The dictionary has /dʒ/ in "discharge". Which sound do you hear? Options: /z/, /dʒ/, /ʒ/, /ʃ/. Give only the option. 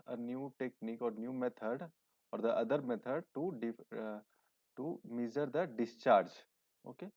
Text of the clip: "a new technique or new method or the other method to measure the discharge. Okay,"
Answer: /dʒ/